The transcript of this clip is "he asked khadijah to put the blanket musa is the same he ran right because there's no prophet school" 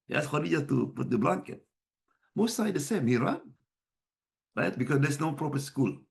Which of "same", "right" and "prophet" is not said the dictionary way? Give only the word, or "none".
prophet